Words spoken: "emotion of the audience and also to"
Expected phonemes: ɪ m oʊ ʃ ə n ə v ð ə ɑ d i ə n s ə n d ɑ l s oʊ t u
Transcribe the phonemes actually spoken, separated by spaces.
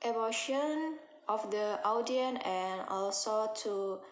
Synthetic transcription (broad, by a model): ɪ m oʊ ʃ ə n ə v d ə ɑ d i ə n ə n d ɑ l s oʊ t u